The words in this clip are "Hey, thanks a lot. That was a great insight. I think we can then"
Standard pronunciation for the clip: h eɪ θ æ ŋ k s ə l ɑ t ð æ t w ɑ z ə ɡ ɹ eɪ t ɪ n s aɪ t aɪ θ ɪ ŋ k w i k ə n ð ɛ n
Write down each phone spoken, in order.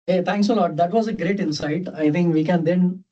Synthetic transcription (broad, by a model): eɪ t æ ŋ k s ə l ɑ t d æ t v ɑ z ə ɡ ɹ eɪ t ɪ n s aɪ t aɪ t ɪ ŋ k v i k ə n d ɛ n